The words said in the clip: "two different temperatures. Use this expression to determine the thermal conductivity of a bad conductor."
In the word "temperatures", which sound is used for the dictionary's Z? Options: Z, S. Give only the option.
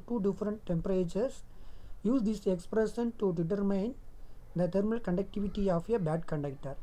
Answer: S